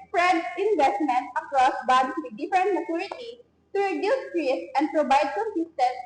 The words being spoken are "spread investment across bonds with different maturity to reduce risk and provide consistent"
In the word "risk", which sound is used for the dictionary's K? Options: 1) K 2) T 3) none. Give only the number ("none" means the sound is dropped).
3